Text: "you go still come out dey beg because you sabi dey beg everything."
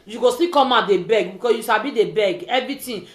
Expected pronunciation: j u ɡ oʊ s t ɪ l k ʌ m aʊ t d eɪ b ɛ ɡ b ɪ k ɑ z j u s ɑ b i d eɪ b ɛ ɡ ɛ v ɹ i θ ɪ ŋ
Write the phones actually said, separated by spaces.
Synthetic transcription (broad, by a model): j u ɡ oʊ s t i k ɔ m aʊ d eɪ b ɛ ɡ b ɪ k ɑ j u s ɑ b i d eɪ b ɛ ɡ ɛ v ɹ i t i